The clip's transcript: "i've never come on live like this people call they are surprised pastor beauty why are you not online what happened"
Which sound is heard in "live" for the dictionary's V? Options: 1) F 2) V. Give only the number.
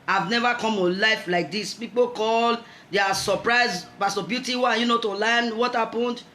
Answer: 1